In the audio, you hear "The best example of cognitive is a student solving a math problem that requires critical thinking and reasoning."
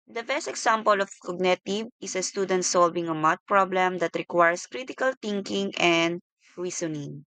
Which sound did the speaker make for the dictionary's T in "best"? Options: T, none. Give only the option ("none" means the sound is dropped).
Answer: T